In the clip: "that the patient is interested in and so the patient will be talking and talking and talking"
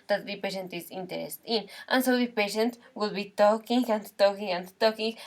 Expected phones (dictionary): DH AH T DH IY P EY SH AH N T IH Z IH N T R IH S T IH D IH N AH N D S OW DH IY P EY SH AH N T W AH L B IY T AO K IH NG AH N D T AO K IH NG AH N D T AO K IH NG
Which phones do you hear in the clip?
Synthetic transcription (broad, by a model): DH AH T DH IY P EY SH AH N T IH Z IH N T IH T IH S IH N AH N S OW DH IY P EY SH AH N T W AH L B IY T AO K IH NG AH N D T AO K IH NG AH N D T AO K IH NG